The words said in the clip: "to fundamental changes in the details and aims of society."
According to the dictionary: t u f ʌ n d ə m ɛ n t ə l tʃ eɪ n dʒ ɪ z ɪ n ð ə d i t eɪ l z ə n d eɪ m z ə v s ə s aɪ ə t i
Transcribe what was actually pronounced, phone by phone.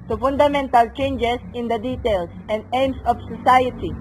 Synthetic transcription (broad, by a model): t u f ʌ n d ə m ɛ n t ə l tʃ eɪ n dʒ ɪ s ɪ n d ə d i t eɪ l s ə n d eɪ m s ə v s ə s aɪ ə t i